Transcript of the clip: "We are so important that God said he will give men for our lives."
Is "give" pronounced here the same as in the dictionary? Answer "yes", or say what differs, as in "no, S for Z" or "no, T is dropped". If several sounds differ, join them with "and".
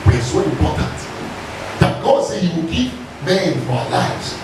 no, P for V